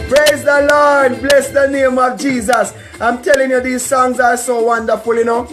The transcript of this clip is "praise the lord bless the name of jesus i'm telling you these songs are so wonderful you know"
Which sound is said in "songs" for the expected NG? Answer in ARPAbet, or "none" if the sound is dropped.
NG